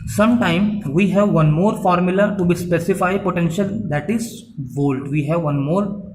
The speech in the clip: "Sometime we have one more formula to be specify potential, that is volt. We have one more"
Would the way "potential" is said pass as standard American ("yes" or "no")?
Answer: yes